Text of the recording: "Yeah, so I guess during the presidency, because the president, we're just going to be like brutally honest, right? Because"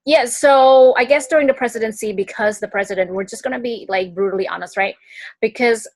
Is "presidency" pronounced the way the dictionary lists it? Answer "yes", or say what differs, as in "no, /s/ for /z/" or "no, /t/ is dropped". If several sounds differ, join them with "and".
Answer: yes